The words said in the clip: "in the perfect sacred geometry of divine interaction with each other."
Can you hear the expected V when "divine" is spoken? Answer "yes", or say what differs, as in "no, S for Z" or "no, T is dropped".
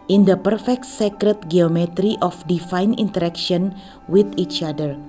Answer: no, F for V